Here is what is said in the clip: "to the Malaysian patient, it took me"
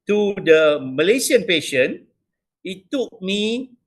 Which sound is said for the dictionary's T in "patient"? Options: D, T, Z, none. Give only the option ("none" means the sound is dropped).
none